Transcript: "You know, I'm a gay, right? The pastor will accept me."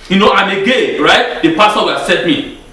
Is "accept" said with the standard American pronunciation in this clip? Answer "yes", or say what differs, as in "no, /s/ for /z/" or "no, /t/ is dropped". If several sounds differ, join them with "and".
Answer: no, /k/ is dropped and /p/ is dropped